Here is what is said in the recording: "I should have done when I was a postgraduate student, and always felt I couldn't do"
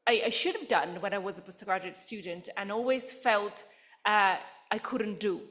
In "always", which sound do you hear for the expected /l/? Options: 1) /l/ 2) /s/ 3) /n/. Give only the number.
1